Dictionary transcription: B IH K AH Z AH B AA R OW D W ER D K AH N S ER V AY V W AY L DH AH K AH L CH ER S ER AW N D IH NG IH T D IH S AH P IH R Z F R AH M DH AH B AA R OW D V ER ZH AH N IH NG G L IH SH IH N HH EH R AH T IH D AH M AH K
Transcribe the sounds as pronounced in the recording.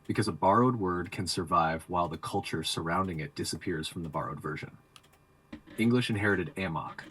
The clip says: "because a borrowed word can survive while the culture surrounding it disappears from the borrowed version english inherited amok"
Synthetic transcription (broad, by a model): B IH K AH Z AH B AA R OW D W ER D K AH N S ER V AY V W AY L DH AH K AH L CH ER S ER AW N D IH NG IH T D IH S AH P IH R Z F R AH M DH AH B AA R OW D V ER ZH AH N IH NG G L IH SH IH N HH EH R AH T IH D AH M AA K